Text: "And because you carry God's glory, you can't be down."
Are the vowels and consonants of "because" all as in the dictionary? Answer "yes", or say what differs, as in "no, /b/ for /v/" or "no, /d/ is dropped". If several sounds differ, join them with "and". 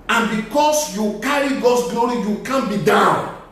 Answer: no, /s/ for /z/